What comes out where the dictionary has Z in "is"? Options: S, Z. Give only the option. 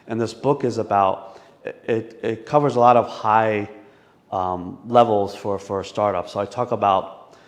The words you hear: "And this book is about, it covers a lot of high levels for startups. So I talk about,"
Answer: Z